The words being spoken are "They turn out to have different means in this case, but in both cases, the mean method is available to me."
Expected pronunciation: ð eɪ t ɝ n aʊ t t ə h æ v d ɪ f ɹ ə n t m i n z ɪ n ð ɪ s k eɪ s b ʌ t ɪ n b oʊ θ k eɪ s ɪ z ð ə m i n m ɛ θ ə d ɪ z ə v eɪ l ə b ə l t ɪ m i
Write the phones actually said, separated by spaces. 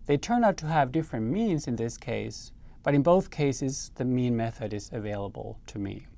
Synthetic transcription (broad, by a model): ð eɪ t ɝ n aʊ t t ə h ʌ v d ɪ f ɹ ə n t m i n z ɪ n ð ɪ s k eɪ s b ʌ t ɪ n b oʊ θ k eɪ s ɪ z ð ə m i n m ɛ θ ə d ɪ z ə v eɪ l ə b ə l t ɪ m i